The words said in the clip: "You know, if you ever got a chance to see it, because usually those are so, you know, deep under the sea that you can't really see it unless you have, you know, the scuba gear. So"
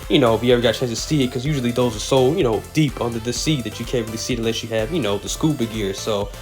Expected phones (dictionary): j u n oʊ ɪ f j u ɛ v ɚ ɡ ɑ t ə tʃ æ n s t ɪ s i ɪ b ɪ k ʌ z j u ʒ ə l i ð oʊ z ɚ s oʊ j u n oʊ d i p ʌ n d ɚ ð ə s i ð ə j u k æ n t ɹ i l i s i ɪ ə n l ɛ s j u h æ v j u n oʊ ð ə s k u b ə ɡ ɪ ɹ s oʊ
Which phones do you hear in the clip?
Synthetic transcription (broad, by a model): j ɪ n oʊ ɪ f j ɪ ɛ v ɚ ɡ ɑ t tʃ æ n s t ɪ s i ɪ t k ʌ z j u ʒ l i ð oʊ z ɚ s oʊ j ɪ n oʊ d i p ʌ n d ɚ ð ə s i ð ə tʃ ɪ k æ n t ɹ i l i s i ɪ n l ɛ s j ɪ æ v j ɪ n oʊ ð ə s k u b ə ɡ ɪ ɹ s oʊ